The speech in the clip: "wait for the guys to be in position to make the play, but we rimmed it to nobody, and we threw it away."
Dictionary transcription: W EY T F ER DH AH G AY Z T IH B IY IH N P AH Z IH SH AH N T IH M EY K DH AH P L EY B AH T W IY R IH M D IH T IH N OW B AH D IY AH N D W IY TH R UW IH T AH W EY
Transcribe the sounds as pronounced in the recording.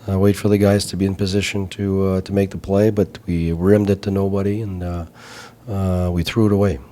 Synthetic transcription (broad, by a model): W EY T F ER DH AH G AY Z T IH B IY IH N P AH Z IH SH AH N T IH M EY K DH AH P L EY B AH T W IY R IH M D IH T IH N OW B AH D IY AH N W IY TH R UW IH T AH W EY